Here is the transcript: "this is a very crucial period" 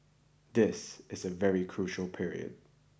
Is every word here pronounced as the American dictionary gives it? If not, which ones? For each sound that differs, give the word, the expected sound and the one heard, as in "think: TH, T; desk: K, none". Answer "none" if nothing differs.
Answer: none